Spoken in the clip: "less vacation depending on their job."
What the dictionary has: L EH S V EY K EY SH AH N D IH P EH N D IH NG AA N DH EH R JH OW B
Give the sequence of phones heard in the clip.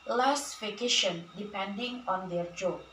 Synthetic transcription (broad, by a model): L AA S F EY K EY SH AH N D IH P EH N D IH NG AA N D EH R JH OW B